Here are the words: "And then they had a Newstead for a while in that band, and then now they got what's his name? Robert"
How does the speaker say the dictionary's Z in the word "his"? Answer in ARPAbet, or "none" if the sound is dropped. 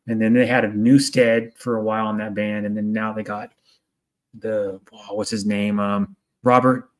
Z